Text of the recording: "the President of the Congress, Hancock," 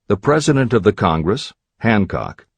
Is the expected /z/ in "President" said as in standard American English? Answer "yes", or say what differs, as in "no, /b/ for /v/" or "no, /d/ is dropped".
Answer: yes